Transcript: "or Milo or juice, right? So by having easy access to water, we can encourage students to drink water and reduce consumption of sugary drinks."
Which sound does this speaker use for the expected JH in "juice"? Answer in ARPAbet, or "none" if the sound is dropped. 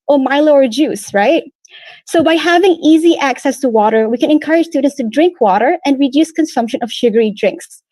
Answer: JH